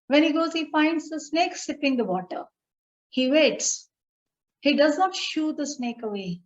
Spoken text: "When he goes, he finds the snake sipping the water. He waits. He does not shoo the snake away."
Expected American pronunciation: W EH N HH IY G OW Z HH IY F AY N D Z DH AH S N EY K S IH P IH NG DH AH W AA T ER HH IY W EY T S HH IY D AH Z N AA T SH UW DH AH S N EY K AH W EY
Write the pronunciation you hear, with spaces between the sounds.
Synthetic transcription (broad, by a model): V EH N HH IY G OW Z HH IY F AY N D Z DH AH S N EY K S IH P IH NG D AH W AA T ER HH IY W EY T S HH IY D AH Z N AA T SH UW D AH S N EY K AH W EY